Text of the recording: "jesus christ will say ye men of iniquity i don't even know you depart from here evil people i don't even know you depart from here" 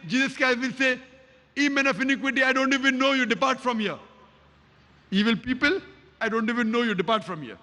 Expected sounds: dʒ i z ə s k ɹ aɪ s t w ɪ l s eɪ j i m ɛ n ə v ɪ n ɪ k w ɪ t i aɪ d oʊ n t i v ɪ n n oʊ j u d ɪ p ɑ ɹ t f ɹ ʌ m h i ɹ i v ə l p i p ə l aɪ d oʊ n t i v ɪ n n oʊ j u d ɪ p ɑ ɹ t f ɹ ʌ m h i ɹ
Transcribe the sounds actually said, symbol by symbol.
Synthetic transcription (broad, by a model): dʒ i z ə s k aɪ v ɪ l s eɪ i m ɛ n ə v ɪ n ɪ k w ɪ t i aɪ d oʊ n t i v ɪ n n oʊ j u d ɪ p ɑ ɹ t f ɹ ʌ m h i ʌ i v ə l p i p ə l aɪ d oʊ n t i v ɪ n n oʊ j u d ɪ p ɑ ɹ t f ɹ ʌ m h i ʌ